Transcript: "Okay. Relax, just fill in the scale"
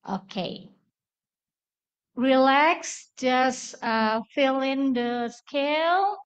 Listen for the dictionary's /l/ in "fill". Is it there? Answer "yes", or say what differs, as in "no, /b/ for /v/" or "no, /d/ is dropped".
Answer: yes